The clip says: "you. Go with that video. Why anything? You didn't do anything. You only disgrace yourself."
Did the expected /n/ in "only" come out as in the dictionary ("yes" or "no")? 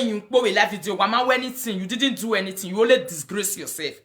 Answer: no